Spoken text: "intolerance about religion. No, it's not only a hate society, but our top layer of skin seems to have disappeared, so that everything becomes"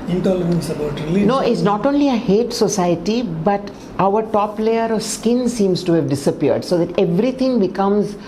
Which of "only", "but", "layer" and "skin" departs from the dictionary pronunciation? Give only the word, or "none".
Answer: none